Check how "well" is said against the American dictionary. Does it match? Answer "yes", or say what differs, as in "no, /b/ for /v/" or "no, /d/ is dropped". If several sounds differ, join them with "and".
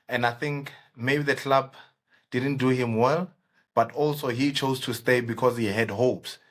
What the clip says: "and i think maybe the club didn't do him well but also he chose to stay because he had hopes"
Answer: yes